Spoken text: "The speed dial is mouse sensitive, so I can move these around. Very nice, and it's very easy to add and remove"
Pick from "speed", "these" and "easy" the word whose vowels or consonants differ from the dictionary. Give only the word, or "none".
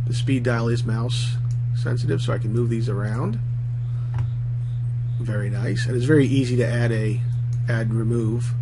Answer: none